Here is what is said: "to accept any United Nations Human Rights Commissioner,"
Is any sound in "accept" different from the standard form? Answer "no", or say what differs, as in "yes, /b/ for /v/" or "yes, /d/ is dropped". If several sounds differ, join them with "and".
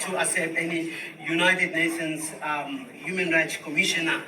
yes, /k/ is dropped